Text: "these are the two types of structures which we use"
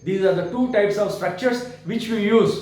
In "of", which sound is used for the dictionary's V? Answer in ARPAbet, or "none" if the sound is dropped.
V